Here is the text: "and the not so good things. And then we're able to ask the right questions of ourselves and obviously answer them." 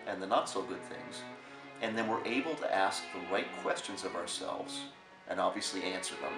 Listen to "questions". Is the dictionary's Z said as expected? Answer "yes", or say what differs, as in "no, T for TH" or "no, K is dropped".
yes